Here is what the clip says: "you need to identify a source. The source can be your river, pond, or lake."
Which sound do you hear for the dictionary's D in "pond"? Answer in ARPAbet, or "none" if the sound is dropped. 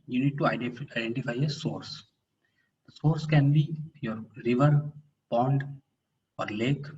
D